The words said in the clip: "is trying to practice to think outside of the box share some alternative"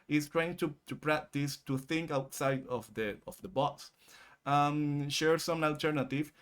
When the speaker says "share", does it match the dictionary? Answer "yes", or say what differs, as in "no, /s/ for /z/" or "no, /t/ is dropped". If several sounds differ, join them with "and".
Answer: yes